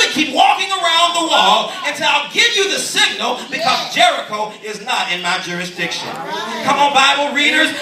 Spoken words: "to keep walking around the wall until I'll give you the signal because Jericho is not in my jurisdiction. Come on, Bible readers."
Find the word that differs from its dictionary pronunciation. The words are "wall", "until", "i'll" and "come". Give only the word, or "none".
until